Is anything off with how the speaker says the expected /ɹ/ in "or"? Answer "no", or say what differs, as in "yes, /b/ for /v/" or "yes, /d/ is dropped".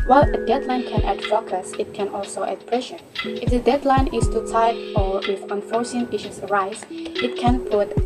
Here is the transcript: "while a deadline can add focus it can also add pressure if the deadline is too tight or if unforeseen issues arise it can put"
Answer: yes, /w/ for /ɹ/